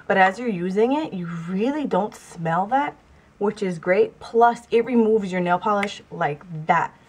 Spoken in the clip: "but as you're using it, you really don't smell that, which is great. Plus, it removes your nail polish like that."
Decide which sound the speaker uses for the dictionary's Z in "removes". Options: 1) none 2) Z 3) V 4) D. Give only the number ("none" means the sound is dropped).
2